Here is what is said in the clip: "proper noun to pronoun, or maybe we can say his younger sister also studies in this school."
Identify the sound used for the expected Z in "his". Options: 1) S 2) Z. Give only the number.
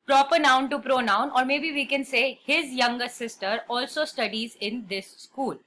2